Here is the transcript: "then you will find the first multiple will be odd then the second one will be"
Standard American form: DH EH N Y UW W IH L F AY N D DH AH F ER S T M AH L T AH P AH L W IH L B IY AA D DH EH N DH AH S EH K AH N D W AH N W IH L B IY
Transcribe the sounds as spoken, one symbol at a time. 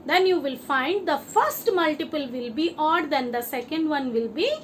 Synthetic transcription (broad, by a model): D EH N Y UW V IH L F AY N D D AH F ER S T M AH L T AH P AH L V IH L B IY AA D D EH N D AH S EH K AH N D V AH N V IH L B IY